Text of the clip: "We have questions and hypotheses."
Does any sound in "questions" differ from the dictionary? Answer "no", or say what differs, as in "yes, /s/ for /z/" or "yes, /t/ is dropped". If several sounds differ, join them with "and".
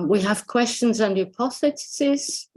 no